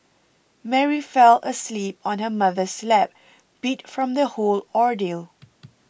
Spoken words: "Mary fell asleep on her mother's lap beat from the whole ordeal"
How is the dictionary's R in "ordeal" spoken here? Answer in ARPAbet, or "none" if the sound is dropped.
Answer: R